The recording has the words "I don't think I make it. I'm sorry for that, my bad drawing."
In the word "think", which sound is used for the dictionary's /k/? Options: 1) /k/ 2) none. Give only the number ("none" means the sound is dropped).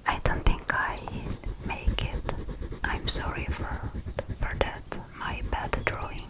1